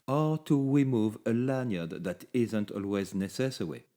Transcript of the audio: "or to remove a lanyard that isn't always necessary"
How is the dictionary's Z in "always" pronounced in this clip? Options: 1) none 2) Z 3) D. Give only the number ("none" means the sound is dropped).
2